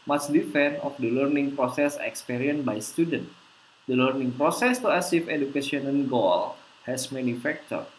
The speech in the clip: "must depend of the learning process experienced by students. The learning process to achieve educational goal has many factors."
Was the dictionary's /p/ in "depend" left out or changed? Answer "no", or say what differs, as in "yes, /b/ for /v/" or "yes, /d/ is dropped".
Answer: yes, /f/ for /p/